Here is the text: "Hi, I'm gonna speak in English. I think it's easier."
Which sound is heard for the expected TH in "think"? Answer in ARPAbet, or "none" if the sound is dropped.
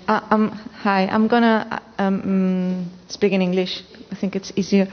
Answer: T